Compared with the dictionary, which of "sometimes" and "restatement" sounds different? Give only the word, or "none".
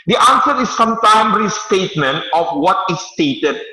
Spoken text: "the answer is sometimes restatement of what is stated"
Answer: sometimes